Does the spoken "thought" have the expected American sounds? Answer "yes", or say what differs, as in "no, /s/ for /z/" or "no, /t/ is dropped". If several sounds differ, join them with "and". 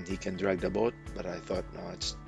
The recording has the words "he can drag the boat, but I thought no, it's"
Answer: yes